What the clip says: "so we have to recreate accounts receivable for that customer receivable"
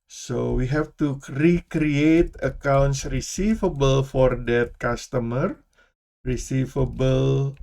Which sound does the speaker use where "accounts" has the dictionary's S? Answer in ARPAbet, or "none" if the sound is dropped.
S